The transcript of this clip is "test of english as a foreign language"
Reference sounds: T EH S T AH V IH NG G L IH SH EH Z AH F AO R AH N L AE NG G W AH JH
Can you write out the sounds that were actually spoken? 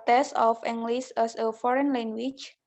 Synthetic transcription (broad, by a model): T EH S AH F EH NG G L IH S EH S AH F AO R AH N L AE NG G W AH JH